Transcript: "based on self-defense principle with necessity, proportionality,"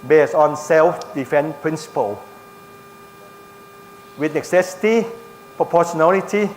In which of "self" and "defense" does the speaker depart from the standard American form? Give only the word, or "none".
defense